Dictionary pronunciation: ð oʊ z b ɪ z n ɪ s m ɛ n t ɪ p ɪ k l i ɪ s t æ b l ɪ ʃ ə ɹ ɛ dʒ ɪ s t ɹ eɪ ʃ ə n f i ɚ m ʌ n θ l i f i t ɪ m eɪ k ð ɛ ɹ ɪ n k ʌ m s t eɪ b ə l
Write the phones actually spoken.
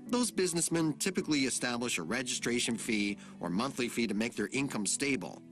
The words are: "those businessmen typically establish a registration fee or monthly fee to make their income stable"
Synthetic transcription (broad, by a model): ð oʊ z b ɪ z n ɪ s m ɛ n t ɪ p ɪ k l i ɪ s t æ b l ɪ ʃ ə ɹ ɛ dʒ ɪ s t ɹ eɪ ʃ ə n f i ɚ m ʌ n θ l i f i t ɪ m eɪ k ð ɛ ɹ ɪ n k ʌ m s t eɪ b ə l